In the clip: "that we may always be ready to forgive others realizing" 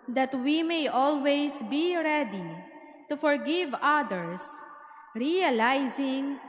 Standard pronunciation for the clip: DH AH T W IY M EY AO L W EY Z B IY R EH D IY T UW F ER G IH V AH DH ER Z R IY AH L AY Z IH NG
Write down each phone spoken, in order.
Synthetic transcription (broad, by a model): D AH T W IY M EY AO L W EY S B IY R EH D IY T UW F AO G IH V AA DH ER S R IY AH L AY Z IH NG